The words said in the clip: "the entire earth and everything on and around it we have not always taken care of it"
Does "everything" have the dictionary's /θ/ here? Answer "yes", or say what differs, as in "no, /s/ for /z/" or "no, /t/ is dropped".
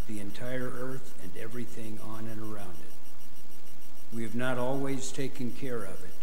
yes